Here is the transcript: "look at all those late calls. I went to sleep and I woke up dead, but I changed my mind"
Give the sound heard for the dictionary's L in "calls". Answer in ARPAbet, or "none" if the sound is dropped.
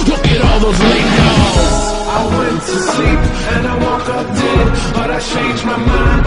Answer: none